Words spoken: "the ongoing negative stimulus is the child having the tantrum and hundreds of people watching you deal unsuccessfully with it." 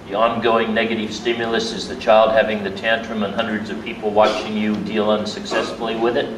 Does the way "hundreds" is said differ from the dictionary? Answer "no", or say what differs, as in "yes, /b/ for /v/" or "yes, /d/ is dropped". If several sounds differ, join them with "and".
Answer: no